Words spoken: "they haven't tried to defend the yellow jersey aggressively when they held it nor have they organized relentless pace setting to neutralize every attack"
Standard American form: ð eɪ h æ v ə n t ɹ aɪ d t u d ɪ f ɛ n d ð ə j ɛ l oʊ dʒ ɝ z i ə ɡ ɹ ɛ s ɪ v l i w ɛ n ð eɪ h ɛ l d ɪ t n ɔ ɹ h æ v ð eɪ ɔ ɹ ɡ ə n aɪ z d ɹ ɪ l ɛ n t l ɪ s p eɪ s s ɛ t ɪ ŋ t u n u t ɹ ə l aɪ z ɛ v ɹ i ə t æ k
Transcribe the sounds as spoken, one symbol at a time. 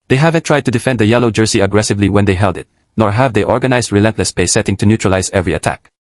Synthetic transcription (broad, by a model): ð eɪ h æ v ə n t ɹ aɪ d t u d ɪ f ɛ n d ð ə j ɛ l oʊ dʒ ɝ s i ə ɡ ɹ ɛ s ɪ v l i w ɛ n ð eɪ h ɛ l d ɪ t n ɔ ɹ h æ v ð eɪ ɔ ɹ ɡ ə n aɪ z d ɹ ɪ l ɛ n t l ɪ s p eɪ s s ɛ t ɪ ŋ t u n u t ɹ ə l aɪ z ɛ v ɹ i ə t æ k